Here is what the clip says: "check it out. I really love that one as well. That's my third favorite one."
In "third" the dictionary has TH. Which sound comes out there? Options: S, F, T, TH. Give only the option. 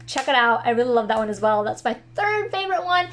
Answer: TH